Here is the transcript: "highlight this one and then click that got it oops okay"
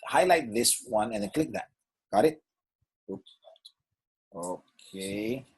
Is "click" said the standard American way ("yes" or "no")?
yes